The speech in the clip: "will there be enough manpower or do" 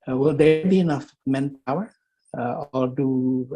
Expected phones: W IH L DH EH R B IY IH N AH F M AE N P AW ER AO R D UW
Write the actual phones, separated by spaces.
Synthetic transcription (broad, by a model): W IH L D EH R B IY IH N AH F M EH N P AW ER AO L D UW